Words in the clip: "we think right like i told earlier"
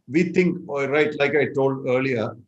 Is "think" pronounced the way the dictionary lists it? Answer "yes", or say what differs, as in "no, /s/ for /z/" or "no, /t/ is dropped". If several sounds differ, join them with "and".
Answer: no, /t/ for /θ/